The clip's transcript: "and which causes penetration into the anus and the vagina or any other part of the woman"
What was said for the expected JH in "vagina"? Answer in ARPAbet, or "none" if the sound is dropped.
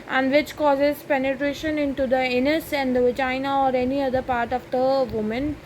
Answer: none